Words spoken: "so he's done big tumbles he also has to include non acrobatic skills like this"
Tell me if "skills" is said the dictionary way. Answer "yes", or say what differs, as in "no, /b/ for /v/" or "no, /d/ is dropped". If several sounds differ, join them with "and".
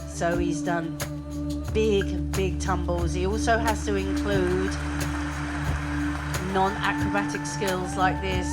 yes